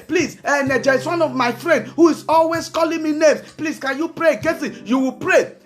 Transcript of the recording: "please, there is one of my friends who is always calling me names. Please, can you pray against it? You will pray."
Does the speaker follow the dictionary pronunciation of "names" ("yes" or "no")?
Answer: no